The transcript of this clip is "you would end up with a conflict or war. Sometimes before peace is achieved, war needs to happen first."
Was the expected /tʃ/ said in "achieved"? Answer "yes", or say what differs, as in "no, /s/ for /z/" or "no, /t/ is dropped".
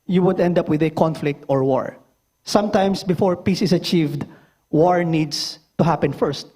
yes